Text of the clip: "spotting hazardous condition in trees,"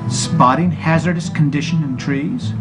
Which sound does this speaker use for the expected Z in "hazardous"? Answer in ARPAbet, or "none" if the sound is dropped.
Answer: Z